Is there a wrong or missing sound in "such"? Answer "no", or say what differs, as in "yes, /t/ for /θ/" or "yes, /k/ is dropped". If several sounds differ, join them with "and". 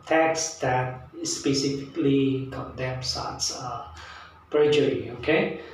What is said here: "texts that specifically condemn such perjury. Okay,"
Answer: yes, /s/ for /tʃ/